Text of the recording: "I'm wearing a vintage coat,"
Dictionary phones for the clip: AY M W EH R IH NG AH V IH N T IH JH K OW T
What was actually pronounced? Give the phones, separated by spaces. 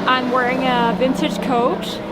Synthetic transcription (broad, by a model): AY M W EH R IH NG AH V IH N S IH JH K OW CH